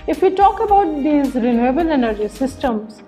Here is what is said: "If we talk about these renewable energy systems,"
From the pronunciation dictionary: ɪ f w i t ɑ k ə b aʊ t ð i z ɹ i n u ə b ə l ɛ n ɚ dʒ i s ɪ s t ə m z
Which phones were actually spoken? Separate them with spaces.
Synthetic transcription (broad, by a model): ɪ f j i t ɑ k ə b aʊ t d i z ɹ i n u ə b ə l ɛ n ɚ dʒ i s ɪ s t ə m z